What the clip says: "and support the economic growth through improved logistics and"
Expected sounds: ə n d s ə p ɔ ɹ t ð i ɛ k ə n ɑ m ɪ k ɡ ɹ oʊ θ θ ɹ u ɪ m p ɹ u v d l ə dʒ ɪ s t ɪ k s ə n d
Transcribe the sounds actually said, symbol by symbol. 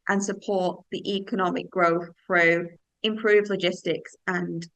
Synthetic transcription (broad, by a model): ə n s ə p ɔ t ð i ɛ k ə n ɑ m ɪ k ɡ ɹ oʊ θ θ ɹ u ɪ m p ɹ u v l ə dʒ ɪ s t ɪ k s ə n